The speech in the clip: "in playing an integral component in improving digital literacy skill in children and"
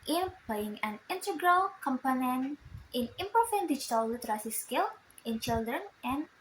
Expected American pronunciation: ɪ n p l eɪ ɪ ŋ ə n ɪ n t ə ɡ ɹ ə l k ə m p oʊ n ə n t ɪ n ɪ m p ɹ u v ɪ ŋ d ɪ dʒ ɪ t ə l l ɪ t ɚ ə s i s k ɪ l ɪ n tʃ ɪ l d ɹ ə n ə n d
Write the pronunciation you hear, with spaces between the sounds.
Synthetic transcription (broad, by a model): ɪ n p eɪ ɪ ŋ ə n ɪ n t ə ɡ ɹ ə l k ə m p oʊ n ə n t ɪ n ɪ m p u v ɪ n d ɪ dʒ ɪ t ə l l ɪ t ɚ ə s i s k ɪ l ɪ n tʃ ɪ l d ɹ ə n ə n